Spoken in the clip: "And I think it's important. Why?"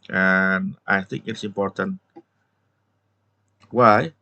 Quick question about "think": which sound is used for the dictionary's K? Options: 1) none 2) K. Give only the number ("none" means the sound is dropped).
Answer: 2